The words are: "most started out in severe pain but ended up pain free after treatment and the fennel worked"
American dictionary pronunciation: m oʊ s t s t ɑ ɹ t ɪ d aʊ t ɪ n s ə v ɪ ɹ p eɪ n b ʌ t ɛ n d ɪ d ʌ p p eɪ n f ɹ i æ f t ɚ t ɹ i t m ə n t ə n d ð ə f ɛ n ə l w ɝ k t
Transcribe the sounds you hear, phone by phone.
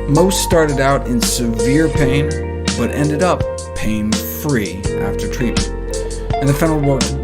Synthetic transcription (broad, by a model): m oʊ s t s t ɑ ɹ t ɪ d aʊ t ɪ n s ə v ɪ ɹ p eɪ n b ʌ t ɛ n d ɪ d ʌ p p eɪ n f ɹ i æ f t ɚ t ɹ i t ə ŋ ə n ð ə f ɛ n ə l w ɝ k